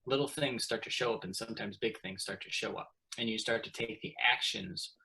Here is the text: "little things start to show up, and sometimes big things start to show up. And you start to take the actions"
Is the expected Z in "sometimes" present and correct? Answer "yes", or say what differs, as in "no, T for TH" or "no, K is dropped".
yes